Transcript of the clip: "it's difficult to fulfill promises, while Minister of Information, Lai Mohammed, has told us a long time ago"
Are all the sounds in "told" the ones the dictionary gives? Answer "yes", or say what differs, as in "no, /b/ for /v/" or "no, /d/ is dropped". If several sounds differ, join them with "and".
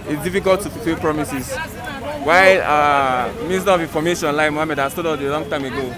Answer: no, /l/ is dropped